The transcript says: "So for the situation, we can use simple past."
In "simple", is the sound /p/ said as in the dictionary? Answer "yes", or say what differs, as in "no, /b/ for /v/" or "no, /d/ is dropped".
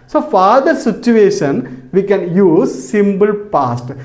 no, /b/ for /p/